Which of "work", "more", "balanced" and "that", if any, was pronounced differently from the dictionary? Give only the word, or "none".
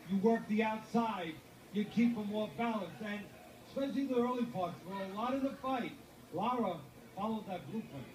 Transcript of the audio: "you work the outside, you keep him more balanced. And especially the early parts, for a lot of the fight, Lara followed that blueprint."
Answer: balanced